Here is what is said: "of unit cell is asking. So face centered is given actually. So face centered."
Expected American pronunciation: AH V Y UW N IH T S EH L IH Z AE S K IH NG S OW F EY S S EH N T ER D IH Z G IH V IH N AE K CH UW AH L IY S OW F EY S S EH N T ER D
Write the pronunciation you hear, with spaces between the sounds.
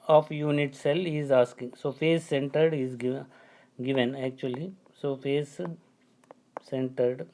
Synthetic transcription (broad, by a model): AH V Y UW N IH T S EH L IH Z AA S K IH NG S OW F EY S S EH N T ER D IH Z G IH V IH N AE K CH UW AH L IY S OW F EY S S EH N T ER D